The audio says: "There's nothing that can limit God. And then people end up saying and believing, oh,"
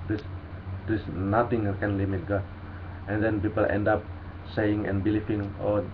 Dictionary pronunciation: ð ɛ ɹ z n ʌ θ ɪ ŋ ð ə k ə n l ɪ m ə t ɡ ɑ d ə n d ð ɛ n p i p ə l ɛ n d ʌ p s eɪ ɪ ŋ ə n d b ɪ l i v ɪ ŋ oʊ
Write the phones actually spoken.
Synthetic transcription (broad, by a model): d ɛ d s n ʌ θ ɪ ŋ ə k ə n l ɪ m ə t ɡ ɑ ə n d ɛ n p i p ə l ɛ n d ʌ p s eɪ ɪ ŋ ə n b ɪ l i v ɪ ŋ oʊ